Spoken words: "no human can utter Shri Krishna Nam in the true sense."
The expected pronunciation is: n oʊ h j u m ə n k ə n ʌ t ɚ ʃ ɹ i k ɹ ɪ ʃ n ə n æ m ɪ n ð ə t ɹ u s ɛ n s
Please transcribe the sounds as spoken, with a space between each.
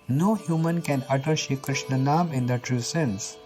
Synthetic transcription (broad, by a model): n oʊ h j u m ə n k ə n ʌ t ɚ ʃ i k ɹ ɪ ʃ n ə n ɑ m ɪ n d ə t ɹ u s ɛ n s